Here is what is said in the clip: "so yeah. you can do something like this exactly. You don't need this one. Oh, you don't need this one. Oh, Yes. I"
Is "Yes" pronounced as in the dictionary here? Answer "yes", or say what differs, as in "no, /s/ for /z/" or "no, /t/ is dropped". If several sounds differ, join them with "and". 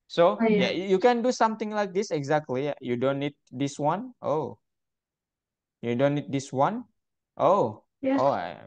no, /s/ is dropped